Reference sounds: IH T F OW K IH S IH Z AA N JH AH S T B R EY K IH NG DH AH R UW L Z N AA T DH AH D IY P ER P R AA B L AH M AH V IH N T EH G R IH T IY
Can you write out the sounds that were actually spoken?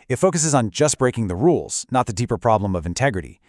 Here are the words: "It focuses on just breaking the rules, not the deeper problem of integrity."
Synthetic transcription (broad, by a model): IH T F OW K IH S IH Z N JH AH S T B R EY K IH NG DH AH R UW L Z N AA T DH AH D IY P ER P R AA B L AH M AH V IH N T EH G R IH T IY